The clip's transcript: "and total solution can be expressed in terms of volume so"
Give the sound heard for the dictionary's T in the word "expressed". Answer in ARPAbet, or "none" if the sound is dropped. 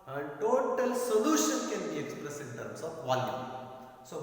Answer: none